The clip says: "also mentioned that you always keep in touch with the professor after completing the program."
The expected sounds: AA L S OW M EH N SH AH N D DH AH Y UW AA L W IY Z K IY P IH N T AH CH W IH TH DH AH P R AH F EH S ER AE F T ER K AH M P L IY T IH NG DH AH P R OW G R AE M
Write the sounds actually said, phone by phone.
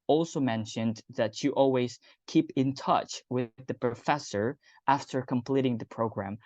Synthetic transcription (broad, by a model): AA L S OW M EH N SH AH N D DH AH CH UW AA L W IY Z K IY P IH N T AH CH W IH DH AH P R AH F EH S ER AE F T ER K AH M P L IY T IH NG DH AH P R OW G R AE M